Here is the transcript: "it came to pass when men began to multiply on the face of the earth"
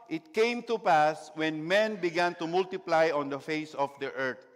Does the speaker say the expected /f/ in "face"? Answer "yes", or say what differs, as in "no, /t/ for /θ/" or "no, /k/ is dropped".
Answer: yes